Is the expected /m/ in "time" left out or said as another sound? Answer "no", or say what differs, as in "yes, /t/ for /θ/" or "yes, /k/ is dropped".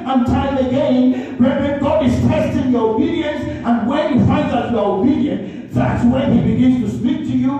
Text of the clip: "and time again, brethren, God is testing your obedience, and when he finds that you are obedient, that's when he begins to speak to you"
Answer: yes, /m/ is dropped